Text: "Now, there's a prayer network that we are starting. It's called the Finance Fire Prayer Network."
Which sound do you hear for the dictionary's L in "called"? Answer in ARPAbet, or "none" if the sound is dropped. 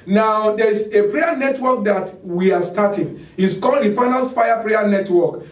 L